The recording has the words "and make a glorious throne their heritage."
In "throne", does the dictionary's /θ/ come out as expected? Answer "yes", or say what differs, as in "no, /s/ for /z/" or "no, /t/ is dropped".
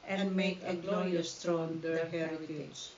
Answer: no, /t/ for /θ/